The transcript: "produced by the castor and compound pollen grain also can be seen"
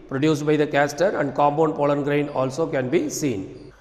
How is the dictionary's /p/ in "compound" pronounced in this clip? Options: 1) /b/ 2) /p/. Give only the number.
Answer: 1